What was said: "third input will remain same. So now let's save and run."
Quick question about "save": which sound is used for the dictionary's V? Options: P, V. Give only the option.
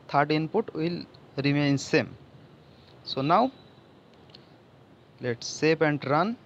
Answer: P